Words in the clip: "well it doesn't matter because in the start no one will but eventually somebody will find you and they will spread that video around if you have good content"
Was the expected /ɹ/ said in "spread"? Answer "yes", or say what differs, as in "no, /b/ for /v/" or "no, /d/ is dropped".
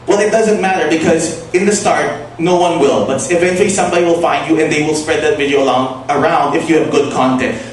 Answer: yes